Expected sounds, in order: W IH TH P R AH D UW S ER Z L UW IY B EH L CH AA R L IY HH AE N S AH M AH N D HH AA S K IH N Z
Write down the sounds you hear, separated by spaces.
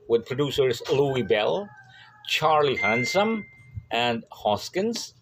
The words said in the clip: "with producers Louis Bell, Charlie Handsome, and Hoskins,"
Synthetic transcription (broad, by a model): W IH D P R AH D UW S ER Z L UW IY B EH L CH AA R L IY HH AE N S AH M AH N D HH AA S K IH N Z